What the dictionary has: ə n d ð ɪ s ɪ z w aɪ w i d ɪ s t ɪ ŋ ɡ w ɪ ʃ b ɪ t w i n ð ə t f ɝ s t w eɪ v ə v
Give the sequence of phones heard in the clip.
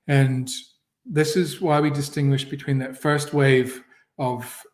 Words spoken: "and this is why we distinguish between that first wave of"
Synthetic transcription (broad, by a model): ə n ð ɪ s ɪ z w aɪ w i d ɪ s t ɪ ŋ ɡ w ɪ ʃ b ɪ t w i n ð ə t f ɝ s t w eɪ v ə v